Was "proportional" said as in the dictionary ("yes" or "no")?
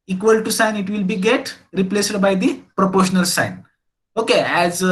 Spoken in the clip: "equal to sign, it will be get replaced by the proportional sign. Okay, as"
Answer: yes